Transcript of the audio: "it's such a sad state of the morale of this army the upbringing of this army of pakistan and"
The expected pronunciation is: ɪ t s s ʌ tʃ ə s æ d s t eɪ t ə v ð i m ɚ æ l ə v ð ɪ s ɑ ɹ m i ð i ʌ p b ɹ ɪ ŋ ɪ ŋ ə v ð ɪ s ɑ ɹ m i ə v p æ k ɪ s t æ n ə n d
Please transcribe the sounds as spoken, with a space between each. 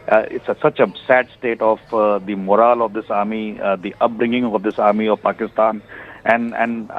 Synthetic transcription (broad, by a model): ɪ t s s ʌ tʃ ə s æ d s t eɪ t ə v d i m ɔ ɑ l ə v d ɪ s ɑ ɹ m i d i ʌ p b ɹ ɪ ŋ ɪ ŋ ə v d ɪ s ɑ ɹ m i ə v p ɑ k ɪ s t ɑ n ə n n